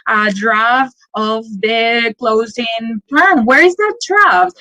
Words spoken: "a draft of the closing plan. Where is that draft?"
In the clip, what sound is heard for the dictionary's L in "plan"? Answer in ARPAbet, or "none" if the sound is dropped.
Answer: none